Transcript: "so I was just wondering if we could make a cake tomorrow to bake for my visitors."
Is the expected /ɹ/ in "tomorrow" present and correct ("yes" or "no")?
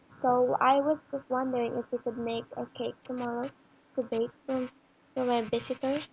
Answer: yes